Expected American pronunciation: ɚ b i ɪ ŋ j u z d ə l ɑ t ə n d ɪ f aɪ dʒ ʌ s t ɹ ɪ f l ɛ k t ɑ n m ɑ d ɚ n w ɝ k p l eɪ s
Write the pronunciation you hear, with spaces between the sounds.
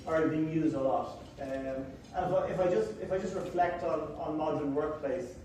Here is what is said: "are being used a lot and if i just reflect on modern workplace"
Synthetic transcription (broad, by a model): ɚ b i ɪ ŋ j u z d ə l ɑ t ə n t ɪ f aɪ dʒ ʌ s t ɹ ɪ f l ɛ k t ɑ n m ɑ d ɚ n w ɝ k p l eɪ s